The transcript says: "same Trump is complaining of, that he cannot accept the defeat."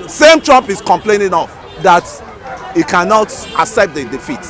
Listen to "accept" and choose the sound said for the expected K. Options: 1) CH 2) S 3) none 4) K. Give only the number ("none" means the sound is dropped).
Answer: 3